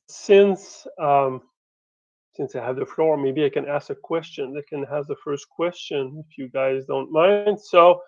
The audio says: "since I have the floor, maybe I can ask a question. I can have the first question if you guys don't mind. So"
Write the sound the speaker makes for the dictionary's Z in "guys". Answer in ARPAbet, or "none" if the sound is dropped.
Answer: Z